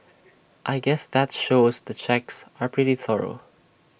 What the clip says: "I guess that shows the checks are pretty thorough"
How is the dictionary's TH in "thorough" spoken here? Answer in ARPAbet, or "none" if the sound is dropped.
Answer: TH